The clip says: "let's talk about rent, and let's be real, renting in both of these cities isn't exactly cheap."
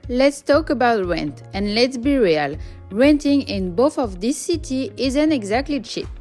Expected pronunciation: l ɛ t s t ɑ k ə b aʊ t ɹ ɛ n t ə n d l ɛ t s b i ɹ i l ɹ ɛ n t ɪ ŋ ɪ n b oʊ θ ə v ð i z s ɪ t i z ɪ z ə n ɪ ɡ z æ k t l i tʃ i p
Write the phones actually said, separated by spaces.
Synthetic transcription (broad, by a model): l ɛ t s t ɑ k ə b aʊ t ɹ ɛ n t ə n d l ɛ t s b i ɹ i l ɹ ɛ n t ɪ ŋ ɪ n b oʊ θ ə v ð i s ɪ t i ɪ z ə n ɪ ɡ z æ k t l i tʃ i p